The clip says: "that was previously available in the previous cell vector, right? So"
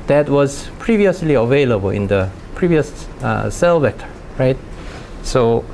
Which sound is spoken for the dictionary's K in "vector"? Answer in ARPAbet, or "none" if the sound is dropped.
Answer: none